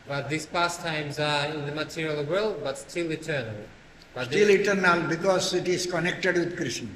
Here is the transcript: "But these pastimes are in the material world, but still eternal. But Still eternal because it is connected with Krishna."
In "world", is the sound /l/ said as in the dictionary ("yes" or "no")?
yes